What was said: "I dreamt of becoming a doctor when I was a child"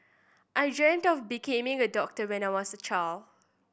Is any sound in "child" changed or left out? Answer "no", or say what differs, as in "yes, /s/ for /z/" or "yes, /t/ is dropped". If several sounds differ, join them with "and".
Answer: yes, /d/ is dropped